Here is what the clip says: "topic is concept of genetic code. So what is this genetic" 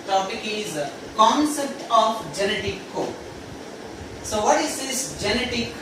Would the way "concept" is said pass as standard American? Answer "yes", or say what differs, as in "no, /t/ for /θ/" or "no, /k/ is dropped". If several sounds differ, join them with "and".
yes